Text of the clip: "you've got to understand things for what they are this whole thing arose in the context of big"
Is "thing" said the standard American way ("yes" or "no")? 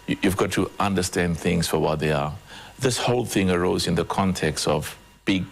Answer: yes